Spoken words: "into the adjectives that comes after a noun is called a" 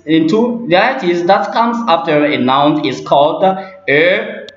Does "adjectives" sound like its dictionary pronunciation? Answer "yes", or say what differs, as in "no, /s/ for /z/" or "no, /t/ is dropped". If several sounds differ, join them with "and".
no, /dʒ/ is dropped and /k/ is dropped